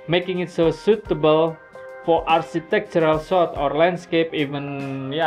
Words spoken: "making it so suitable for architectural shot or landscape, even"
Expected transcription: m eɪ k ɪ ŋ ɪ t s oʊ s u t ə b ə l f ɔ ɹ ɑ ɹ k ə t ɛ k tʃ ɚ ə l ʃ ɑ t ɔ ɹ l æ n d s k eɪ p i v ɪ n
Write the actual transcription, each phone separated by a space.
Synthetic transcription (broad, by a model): m eɪ k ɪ ŋ ɪ t s oʊ s u t ə b ə l f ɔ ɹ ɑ ɹ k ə t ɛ k tʃ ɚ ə l s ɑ t ɔ ɹ l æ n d s k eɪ p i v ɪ n